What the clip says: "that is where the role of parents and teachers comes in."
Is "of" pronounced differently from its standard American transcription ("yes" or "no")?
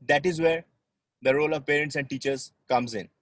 no